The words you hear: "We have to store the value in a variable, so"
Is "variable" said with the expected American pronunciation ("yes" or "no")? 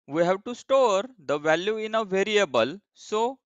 yes